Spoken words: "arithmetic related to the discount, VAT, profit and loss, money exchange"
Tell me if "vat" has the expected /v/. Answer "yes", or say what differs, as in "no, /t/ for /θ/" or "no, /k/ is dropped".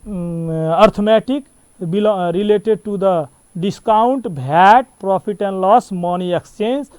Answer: no, /b/ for /v/